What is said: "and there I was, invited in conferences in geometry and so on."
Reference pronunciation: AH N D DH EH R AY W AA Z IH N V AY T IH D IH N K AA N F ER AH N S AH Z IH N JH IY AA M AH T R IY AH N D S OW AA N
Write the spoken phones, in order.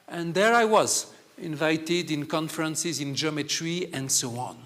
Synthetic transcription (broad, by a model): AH N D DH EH R AY W AA Z IH N V AY T IH D IH N K AA N F ER AH N S AH Z IH N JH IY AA M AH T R IY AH N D S OW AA N